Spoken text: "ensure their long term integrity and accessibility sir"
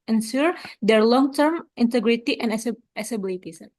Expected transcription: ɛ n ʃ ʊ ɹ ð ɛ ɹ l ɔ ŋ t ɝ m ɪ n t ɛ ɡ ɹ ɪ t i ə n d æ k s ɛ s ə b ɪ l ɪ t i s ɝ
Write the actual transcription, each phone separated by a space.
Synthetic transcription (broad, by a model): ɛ n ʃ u ɹ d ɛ ɹ l ɔ ŋ t ɝ m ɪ n t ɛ ɡ ɹ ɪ t i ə n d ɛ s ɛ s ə b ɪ l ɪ t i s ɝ